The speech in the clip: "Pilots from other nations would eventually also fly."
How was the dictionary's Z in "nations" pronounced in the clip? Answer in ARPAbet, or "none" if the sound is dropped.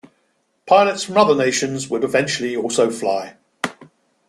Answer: Z